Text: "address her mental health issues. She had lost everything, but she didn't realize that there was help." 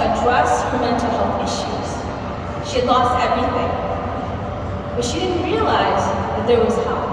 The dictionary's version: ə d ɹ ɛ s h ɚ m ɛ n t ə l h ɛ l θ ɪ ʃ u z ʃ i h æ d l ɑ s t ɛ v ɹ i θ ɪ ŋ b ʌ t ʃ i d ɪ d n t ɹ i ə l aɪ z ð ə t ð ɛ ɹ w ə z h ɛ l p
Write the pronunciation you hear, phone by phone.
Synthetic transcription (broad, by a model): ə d ɹ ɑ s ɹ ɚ m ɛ n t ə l h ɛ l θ ɪ ʃ u z ʃ i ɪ d l ɑ s t ɛ v ɹ i θ ɪ ŋ b ʌ t ʃ i d ɪ d n t ɹ i ə l aɪ z ð ə t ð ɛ ɹ w ə z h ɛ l